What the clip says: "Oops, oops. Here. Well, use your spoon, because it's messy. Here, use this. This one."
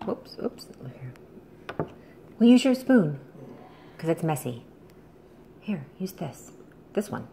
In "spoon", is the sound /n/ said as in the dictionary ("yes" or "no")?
yes